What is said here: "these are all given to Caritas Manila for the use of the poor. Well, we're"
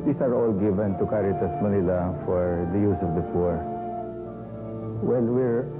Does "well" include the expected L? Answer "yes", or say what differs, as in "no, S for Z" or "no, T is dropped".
no, N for L